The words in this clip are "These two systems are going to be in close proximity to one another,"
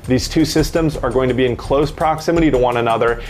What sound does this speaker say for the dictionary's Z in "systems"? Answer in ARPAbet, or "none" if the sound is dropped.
Z